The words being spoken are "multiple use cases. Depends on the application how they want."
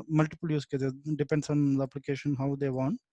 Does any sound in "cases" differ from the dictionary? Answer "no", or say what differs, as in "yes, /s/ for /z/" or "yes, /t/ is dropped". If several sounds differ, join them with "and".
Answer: yes, /z/ is dropped